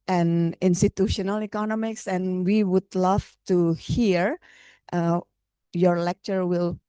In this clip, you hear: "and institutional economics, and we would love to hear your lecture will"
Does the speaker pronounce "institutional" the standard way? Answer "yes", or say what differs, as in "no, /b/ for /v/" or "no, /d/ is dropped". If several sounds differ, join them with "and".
yes